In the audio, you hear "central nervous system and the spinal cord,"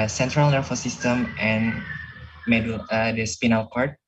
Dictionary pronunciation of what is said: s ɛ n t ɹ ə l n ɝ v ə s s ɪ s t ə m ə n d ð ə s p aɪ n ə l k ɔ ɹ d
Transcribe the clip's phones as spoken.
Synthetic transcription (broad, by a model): s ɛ n t ɹ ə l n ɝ f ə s s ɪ s t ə m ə n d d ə s p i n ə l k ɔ ɹ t